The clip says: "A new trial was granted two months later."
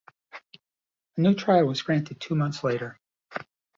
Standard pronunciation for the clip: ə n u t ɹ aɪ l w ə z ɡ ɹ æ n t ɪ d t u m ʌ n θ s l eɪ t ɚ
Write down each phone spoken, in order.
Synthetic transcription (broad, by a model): ə n u t ɹ aɪ l w ə z ɡ ɹ æ n t ɪ d t u m ʌ n θ s l eɪ t ɚ